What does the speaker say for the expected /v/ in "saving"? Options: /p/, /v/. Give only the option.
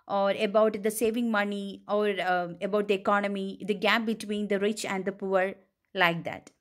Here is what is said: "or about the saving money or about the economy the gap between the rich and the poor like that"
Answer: /v/